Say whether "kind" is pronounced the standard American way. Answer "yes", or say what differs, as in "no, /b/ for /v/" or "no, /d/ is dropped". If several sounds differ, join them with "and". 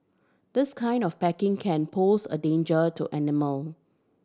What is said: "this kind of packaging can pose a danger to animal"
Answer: yes